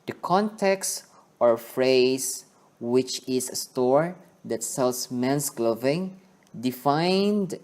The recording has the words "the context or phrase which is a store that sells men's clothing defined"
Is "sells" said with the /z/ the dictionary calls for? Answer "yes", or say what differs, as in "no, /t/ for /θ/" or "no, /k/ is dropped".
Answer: no, /s/ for /z/